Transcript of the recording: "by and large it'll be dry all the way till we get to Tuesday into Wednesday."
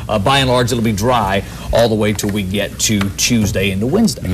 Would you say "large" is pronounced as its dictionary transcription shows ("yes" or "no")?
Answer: no